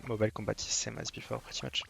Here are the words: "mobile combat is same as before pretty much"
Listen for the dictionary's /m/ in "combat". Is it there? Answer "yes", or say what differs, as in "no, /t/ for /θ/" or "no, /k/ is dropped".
no, /m/ is dropped